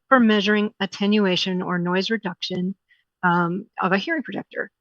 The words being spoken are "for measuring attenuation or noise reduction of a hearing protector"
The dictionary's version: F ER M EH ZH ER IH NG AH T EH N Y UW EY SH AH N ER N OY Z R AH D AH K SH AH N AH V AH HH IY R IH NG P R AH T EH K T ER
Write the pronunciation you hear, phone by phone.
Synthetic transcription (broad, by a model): F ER M EH ZH ER IH NG AH T EH N Y UW EY SH AH N ER N OY Z R AH D AH K SH AH N AH V AH HH IY R IH NG P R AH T EH K T ER